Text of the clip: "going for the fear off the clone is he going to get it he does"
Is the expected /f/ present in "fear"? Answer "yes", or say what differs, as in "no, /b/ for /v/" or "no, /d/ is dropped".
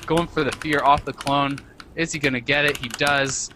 yes